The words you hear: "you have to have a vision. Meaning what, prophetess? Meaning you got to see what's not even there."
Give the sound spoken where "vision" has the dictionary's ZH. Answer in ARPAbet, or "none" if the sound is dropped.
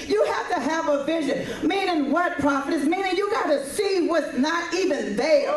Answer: ZH